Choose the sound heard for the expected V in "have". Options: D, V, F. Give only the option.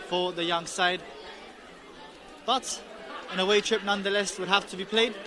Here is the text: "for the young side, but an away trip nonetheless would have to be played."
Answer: F